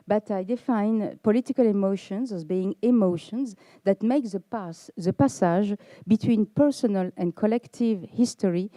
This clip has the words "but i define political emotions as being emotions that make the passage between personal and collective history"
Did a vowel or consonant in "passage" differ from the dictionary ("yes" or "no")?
yes